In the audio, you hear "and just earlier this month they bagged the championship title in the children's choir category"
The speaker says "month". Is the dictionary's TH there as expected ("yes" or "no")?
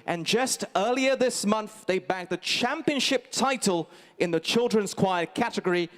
yes